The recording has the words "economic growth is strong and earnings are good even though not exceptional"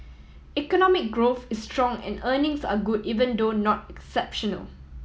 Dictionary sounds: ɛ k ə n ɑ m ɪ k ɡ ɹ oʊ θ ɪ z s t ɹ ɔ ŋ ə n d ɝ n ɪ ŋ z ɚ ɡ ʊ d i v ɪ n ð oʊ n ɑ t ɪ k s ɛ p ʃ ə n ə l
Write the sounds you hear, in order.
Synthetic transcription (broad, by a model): ɛ k ə n ɑ m ɪ k ɡ ɹ oʊ θ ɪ s t ɹ ɔ ŋ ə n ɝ n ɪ ŋ s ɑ ɡ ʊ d i v ɪ n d oʊ n ɑ t ɪ k s ɛ p ʃ ə n ə l